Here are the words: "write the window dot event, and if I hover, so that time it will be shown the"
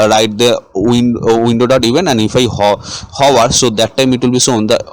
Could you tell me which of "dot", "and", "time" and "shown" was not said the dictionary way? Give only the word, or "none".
shown